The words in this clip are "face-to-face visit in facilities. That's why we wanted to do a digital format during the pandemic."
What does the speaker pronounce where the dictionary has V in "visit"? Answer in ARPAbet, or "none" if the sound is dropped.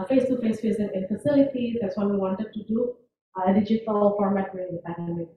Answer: F